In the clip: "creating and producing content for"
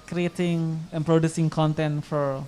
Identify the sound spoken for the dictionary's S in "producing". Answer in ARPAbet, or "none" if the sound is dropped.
S